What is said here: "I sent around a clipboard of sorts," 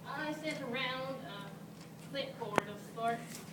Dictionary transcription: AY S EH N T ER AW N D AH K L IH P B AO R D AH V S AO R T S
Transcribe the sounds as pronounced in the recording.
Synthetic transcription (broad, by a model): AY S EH T ER AW N D AH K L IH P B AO R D AH V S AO R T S